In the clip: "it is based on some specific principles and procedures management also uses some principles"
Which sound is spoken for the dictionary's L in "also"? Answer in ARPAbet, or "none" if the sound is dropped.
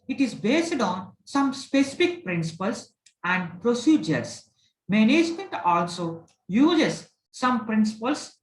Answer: L